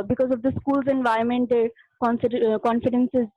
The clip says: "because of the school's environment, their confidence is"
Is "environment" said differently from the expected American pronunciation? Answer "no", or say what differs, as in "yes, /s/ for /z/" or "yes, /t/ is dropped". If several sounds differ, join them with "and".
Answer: yes, /ɹ/ is dropped